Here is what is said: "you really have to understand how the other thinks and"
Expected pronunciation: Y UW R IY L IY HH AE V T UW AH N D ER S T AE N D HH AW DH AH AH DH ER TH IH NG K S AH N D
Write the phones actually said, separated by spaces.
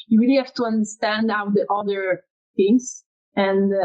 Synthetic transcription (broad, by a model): Y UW R IY L IY HH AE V T UW AH N D ER S T AE N D AW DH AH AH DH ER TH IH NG S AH N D